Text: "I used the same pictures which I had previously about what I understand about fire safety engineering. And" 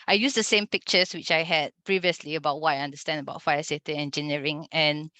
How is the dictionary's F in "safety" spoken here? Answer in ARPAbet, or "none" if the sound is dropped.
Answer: none